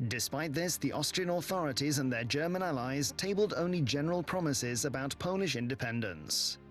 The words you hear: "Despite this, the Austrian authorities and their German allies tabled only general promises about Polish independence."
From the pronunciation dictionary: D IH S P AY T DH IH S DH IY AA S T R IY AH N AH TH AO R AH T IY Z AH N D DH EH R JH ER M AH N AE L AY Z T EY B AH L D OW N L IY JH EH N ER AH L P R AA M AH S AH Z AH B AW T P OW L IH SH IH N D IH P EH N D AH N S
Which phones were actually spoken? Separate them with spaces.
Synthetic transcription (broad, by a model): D IH S P AY T DH IH S DH IY AA S T R IY AH N AH TH AO R AH T IY Z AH N DH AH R JH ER M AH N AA L AY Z T EY B AH L D OW N L IY JH EH N ER AH L P R AA M AH S AH Z AH B AW T P OW L IH SH IH N D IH P EH N D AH N S